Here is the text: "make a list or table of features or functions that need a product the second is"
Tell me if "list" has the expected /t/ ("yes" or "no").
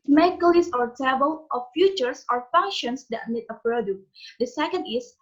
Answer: no